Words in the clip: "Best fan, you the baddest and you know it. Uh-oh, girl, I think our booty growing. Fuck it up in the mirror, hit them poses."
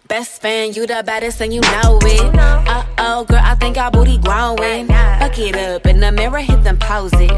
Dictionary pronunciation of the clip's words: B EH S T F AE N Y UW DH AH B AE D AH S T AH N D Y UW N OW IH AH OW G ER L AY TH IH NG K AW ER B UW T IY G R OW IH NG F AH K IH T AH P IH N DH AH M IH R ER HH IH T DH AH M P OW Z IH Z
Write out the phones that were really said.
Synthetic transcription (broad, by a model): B EH S T F AE N Y UW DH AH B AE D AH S AH N Y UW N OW IH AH OW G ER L AY TH IH NG K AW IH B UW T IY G L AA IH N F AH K IH T AH P IH N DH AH M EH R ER HH IH T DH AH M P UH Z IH